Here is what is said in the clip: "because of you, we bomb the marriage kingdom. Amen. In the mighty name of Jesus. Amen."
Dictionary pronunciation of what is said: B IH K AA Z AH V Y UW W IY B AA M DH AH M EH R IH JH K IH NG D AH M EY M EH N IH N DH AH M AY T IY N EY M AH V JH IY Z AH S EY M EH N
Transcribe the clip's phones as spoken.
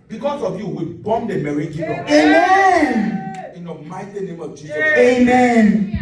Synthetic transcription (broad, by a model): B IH K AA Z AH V Y UW W IY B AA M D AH M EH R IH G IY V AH EY M EH N IH N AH M AY T IY N EY M AH V JH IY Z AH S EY M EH N